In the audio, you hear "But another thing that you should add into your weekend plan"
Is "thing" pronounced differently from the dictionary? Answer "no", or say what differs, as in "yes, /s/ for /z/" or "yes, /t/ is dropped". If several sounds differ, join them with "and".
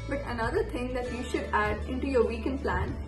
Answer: yes, /t/ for /θ/